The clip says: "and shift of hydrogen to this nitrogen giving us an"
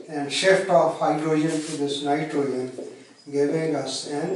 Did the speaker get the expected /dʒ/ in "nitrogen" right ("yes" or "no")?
no